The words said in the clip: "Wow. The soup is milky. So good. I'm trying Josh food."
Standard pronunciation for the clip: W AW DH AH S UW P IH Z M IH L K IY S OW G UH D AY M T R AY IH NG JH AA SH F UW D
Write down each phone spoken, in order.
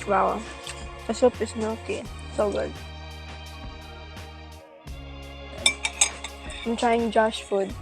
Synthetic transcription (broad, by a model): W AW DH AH S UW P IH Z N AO K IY S OW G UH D AY M T R AY IH NG JH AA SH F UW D